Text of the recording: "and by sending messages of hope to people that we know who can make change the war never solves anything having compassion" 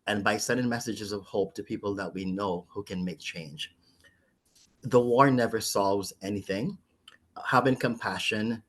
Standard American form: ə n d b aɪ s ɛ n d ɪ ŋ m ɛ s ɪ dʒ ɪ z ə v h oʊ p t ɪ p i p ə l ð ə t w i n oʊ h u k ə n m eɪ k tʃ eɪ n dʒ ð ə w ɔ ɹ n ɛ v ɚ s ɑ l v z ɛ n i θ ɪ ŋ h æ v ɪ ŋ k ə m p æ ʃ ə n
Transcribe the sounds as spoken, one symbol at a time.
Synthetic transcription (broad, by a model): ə n b aɪ s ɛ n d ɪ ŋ m ɛ s ɪ dʒ ɪ z ə v h oʊ p t ɪ p i p l ð ə t w i n oʊ h u k ə n m eɪ k tʃ eɪ n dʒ ð ə w ɔ ɹ n ɛ v ɚ s ɑ l v z ɛ n i θ ɪ ŋ h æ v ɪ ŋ k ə m p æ ʃ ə n